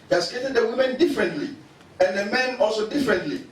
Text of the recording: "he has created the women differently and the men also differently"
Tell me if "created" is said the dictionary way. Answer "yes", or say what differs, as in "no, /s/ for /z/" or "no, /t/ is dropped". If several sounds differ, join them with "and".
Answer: no, /ɹ/ is dropped